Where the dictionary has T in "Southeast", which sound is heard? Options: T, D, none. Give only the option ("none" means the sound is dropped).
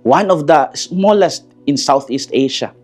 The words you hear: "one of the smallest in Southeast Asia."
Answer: T